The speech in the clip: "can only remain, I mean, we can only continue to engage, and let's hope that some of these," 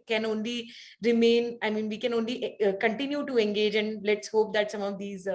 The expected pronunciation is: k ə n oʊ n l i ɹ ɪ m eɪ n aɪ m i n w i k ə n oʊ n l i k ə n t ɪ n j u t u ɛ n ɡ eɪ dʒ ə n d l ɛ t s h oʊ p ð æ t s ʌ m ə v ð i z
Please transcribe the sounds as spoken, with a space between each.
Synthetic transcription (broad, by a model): k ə n oʊ n l i ɹ ɪ m eɪ n aɪ m i n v i k ə n oʊ n l i k ə n t ɪ n j u t u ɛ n ɡ eɪ dʒ ə n d l ɛ t s h oʊ p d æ t s ʌ m ə v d i z